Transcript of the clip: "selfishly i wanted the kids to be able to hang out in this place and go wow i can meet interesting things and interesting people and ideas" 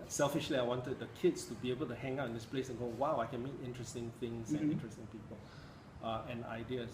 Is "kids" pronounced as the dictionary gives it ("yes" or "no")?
no